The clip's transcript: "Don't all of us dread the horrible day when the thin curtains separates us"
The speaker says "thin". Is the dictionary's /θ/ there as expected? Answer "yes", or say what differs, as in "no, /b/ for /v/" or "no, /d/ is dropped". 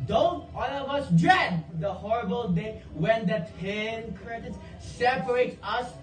no, /t/ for /θ/